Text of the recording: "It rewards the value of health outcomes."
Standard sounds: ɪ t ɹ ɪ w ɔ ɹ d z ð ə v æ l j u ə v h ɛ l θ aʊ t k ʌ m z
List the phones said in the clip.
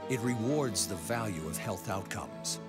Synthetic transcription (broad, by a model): ɪ t ɹ ɪ w ɔ ɹ d z ð ə v æ l j u ə v h ɛ l θ aʊ t k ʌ m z